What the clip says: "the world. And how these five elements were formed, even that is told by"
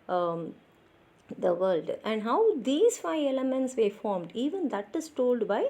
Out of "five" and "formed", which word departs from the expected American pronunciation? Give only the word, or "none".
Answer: none